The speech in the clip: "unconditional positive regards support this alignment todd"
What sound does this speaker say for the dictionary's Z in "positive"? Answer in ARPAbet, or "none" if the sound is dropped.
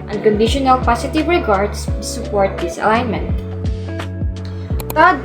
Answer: S